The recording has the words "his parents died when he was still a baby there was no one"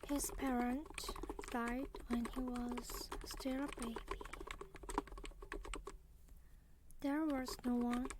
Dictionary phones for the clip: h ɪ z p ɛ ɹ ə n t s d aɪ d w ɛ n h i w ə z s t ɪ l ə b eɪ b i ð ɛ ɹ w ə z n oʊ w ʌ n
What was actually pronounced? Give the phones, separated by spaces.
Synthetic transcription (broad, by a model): h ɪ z p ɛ ɹ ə n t d aɪ d w ɛ n h i w ə z s t ɪ l ə b eɪ b i ð ɛ ɹ w ə z n oʊ w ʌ n